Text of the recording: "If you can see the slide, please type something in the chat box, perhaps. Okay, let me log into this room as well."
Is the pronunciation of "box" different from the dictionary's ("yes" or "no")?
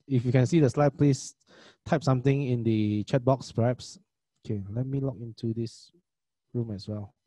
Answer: no